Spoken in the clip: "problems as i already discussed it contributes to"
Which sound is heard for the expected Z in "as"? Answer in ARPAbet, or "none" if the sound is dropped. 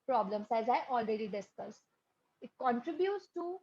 Z